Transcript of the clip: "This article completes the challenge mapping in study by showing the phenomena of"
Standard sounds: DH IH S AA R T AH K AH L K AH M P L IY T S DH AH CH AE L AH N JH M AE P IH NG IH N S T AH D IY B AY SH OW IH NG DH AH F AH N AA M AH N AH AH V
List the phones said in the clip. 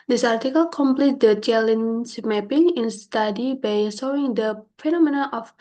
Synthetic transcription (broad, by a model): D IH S AA R T AH K AH L K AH M P L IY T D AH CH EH L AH N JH M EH P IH NG IH N S T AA D IY B AY S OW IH NG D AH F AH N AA M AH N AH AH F